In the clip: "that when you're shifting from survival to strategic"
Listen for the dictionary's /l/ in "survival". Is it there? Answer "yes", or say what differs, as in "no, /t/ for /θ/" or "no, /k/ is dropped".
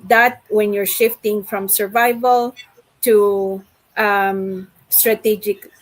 yes